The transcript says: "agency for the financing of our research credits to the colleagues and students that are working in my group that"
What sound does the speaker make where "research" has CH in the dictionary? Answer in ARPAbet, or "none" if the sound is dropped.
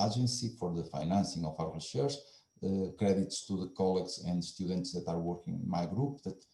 SH